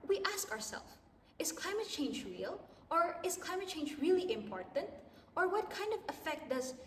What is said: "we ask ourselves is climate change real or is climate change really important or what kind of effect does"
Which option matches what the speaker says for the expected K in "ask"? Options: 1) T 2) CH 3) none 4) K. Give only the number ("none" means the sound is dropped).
4